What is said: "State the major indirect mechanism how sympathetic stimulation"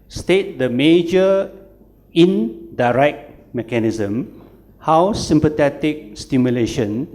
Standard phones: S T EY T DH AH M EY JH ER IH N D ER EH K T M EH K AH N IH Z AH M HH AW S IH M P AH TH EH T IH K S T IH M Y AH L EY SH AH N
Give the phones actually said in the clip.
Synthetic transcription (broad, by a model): S T EY T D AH M EY JH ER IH N D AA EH K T M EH K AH N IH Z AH M HH AW S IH M P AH T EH T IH K S T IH M Y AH L EY SH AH N